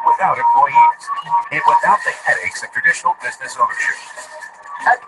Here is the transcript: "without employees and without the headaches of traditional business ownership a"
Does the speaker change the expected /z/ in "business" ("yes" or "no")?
no